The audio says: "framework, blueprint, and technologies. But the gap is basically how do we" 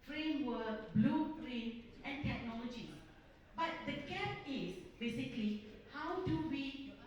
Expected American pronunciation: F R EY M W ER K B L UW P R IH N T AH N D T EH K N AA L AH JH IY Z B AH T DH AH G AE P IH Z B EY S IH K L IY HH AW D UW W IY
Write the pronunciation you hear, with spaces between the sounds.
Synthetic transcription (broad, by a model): F R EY M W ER K B L UW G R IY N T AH N T EH K N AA L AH JH IY B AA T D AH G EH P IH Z B EY S IH K L IY HH AW D UW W IY